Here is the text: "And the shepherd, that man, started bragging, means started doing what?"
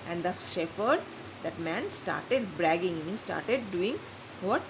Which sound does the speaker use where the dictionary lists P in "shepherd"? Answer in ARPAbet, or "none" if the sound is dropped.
F